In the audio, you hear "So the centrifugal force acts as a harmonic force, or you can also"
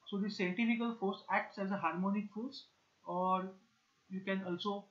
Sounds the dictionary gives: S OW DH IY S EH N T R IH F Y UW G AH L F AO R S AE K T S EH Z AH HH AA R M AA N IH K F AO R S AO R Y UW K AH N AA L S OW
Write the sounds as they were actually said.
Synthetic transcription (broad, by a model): S OW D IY S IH N T IH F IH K AH L F AO R S AE K T S EH Z AH HH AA R M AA N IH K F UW L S AO R Y UW K AH N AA L S OW